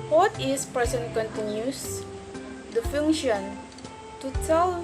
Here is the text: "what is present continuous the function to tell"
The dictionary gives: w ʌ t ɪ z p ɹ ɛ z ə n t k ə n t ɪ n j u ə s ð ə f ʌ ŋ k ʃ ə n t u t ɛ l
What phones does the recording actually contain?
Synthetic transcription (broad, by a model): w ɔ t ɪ s p ɛ s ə n k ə n t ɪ n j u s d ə f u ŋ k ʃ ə n t u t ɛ l